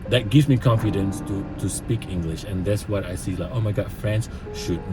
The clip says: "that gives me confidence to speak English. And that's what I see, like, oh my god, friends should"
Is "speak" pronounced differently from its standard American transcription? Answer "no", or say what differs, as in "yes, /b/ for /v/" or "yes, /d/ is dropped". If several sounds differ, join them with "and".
no